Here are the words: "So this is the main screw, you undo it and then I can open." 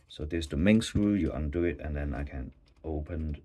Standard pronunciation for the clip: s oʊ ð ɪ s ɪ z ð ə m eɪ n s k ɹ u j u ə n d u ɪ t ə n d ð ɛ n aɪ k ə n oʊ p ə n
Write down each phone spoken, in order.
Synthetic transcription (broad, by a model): s oʊ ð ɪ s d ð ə m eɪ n s ɹ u j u ə n d u ɪ t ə n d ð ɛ n aɪ k ə n oʊ p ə n